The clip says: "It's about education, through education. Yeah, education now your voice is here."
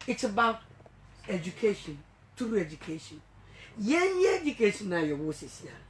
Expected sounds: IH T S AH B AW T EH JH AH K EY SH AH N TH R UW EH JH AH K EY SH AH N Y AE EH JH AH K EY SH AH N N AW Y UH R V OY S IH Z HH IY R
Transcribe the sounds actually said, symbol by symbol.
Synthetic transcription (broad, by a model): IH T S AH B AW T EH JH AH K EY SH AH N T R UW EH JH AH K EY SH AH N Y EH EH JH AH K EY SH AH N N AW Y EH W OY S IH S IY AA